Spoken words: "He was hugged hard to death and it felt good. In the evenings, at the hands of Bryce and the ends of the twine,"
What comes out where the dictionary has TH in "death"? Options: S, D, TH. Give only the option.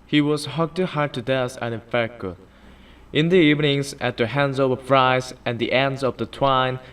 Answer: S